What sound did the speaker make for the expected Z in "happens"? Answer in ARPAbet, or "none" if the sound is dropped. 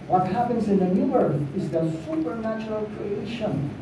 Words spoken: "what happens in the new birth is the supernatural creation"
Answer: Z